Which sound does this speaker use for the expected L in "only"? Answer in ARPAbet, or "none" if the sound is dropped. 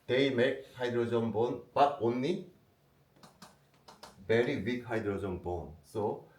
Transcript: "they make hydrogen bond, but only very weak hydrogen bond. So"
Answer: none